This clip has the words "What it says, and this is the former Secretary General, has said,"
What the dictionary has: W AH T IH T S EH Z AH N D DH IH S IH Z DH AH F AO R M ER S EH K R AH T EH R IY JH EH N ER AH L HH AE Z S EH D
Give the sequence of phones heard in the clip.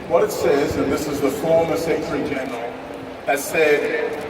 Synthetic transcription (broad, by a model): W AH T IH T S EH Z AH N DH IH S IH Z DH AH F AO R M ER S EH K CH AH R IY JH EH N ER AH L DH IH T S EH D